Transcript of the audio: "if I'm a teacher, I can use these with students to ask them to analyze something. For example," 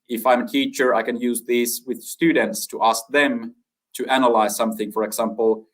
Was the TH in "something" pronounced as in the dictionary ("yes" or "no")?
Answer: yes